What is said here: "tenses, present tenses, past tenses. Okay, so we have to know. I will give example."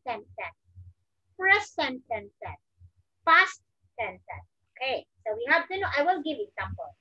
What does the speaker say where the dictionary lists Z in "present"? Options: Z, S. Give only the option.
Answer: S